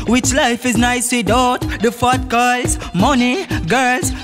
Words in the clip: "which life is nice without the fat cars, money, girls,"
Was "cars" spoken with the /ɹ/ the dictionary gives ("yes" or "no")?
no